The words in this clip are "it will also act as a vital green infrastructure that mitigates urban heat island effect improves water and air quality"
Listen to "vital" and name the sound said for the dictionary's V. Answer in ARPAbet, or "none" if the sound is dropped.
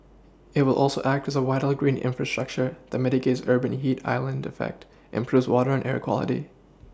W